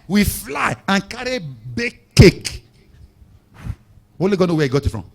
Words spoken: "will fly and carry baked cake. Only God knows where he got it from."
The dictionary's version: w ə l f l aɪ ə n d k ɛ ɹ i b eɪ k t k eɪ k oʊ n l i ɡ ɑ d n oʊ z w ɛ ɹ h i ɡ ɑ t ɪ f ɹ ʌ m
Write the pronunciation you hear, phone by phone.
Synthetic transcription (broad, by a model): w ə f l aɪ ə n k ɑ ɹ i b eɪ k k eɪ k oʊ l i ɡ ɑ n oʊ w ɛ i ɡ ɑ t ɪ f ɹ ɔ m